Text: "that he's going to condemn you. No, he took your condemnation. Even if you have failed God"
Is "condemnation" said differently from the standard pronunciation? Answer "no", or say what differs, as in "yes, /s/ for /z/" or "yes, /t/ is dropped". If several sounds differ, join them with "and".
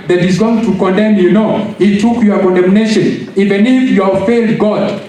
no